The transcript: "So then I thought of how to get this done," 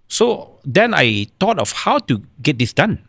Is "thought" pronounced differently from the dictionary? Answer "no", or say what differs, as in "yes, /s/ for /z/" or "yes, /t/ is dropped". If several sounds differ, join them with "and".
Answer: yes, /t/ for /θ/